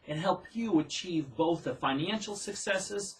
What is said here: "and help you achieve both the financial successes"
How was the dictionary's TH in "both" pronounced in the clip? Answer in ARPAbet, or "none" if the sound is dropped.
TH